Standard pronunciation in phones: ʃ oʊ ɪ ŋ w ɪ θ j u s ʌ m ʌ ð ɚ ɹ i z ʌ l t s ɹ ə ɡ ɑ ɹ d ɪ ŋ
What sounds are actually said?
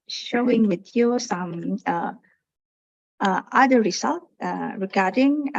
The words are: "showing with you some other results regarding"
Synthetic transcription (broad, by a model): ʃ oʊ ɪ ŋ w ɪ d j u s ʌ m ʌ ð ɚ ɹ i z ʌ l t ɹ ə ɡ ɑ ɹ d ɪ ŋ